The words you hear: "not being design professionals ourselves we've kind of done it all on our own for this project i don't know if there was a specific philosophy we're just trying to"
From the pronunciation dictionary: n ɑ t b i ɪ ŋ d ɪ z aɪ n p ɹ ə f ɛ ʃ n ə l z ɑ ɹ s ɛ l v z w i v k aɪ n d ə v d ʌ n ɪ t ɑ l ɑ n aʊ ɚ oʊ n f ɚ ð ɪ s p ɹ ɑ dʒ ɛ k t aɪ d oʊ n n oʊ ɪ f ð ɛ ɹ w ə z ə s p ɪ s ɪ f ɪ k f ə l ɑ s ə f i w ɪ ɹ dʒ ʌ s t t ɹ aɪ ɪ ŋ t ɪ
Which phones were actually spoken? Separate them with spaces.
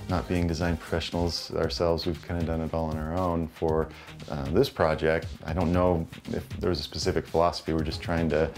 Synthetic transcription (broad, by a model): n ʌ t b i ɪ ŋ d ɪ z aɪ n p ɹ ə f ɛ ʃ n l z ɑ ɹ s ɛ l v z w i v k aɪ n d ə d ʌ n ɪ t ɑ l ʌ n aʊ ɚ oʊ n f ɚ ð ɪ s p ɹ ɑ dʒ ɛ k t aɪ d oʊ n n oʊ ɪ f ð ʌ ɹ w ə z ə s p ɪ s ɪ f ɪ k f ə l ɑ s ə f i w ɪ ɹ dʒ ʌ s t t ɹ aɪ ɪ ŋ t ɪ